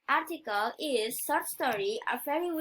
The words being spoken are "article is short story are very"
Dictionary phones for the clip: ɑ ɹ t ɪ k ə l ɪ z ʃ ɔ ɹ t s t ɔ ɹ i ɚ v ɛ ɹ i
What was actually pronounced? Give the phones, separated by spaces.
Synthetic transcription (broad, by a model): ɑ ɹ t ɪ k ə l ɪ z s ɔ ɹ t s t ɔ ɹ i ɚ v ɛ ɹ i